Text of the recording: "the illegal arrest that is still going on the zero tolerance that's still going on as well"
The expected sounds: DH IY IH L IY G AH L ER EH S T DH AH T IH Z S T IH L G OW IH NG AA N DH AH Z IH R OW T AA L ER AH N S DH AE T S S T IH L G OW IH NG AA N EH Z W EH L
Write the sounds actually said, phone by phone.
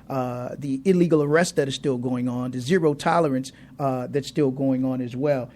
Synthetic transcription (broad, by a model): DH IY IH L IY G L ER EH S T DH AH T IH Z S T IH L G OW IH NG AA N DH AH Z IH R OW T AA L ER AH N S DH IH T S S T IH L G OW IH NG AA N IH Z W EH L